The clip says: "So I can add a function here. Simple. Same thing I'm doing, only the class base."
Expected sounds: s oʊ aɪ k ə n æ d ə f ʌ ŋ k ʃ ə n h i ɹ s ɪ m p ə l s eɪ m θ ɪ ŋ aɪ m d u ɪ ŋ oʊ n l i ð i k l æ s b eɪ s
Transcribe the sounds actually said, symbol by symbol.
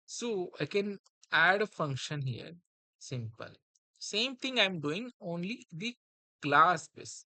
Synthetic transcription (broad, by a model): s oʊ aɪ k ə n æ d ə f ʌ ŋ k ʃ ə n h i ɹ s ɪ m p ə l s eɪ m t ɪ ŋ aɪ m d u ɪ ŋ oʊ n l i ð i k l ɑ s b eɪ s